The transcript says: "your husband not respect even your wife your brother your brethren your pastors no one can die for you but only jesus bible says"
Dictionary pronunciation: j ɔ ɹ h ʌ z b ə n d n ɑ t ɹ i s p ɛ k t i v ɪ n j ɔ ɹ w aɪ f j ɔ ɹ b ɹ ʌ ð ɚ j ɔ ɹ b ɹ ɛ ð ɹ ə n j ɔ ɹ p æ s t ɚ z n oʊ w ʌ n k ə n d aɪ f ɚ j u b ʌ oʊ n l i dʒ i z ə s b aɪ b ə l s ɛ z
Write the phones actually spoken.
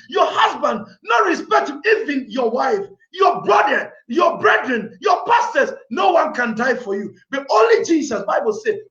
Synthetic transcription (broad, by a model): j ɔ h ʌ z b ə n d n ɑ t ɹ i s p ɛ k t i v ɪ n j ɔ w aɪ f j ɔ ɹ b ɹ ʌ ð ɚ j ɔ b ɹ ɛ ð ɹ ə n j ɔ p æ s t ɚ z n oʊ w ʌ n k ə n d aɪ f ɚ j u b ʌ oʊ n l i dʒ i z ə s b aɪ b ə l s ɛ